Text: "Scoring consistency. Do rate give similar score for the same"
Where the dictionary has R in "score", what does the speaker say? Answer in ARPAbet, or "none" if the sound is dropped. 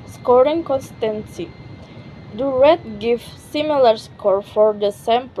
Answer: R